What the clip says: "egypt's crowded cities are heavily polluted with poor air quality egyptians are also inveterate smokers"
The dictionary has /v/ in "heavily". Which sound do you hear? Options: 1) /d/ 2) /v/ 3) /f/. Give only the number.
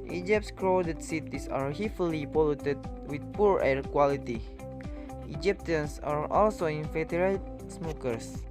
3